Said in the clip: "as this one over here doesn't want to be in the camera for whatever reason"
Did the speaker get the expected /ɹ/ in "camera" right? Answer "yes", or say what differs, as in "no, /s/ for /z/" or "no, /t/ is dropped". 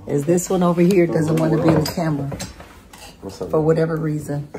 no, /l/ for /ɹ/